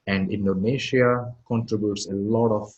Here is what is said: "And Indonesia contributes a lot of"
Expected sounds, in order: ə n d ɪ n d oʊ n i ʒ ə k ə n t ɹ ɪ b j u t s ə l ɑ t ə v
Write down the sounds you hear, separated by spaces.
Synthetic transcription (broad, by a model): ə n d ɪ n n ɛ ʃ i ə k ə n t ɹ ɪ b j u t s ə l ɑ t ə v